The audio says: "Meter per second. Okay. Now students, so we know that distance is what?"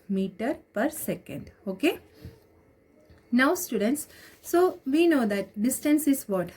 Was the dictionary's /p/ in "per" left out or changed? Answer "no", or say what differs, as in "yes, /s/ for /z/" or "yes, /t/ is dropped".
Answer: no